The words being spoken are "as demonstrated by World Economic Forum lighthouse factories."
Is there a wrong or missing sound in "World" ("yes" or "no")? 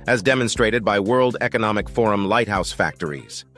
no